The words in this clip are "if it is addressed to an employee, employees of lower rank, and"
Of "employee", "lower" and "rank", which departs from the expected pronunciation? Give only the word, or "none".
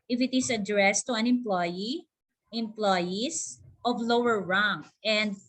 rank